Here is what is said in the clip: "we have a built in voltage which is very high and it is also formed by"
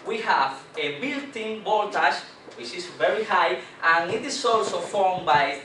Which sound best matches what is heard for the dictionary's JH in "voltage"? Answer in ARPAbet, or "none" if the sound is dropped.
SH